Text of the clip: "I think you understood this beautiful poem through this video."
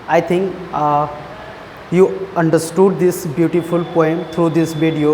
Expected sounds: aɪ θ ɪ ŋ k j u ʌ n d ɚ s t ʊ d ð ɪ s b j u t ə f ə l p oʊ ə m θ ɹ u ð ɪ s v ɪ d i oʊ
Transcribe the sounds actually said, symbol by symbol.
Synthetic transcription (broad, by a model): aɪ t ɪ ŋ k j u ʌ n d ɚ s t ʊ d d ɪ s b j u t ə f ə l p oʊ ə m t ɹ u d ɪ s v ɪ d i oʊ